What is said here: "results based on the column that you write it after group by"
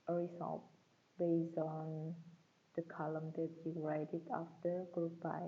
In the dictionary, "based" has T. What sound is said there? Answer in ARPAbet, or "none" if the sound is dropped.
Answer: none